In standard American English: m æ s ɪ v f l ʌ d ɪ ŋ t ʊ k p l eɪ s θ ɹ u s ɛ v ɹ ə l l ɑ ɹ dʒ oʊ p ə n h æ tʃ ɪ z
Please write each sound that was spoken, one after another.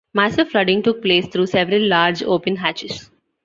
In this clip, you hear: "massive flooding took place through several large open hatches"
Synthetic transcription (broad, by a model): m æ s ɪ f l ʌ d ɪ ŋ t ʊ k p l eɪ s t ɹ u s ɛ v ɹ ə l l ɑ ɹ dʒ oʊ p ə n h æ tʃ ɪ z